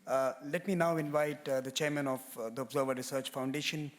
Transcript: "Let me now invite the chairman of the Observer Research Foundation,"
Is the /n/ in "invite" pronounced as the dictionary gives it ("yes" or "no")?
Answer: yes